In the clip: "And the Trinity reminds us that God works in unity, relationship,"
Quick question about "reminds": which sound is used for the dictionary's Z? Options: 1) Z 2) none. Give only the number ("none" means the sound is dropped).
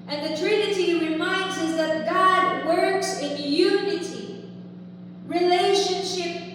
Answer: 1